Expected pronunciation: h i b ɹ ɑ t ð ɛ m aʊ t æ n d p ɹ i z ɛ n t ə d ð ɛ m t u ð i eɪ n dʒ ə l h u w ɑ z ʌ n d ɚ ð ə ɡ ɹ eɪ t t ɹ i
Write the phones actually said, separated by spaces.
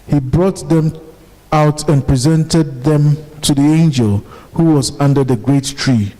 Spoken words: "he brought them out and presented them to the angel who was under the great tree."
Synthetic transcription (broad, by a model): h i b ɹ ɑ t ð ɛ m aʊ t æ n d p ɹ i z ɛ n t ə d ð ɛ m t u ð i eɪ n dʒ ə l h u w ɑ z ʌ n d ɚ ð ə ɡ ɹ eɪ t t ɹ i